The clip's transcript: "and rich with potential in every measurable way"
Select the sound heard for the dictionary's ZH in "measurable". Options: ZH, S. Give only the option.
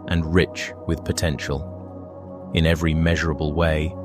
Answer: ZH